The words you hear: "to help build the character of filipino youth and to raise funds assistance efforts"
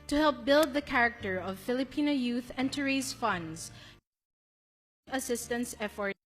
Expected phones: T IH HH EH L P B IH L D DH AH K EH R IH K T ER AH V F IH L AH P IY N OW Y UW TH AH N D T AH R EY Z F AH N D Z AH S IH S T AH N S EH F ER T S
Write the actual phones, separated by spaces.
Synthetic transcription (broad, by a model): T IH HH EH L P B IH L D DH AH K EH R IH K T ER AH V F IH L AH P IY N OW Y UW TH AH N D T AH R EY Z F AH N D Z AH S IH S T AH N S EH F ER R